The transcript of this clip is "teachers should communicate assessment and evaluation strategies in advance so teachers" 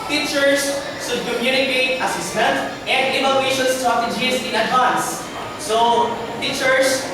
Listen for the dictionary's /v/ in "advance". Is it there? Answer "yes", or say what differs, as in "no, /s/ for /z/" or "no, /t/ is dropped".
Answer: no, /v/ is dropped